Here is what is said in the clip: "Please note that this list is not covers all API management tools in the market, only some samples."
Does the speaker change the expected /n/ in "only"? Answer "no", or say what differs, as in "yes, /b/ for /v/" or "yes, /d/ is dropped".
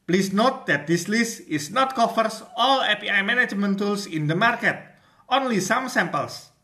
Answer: no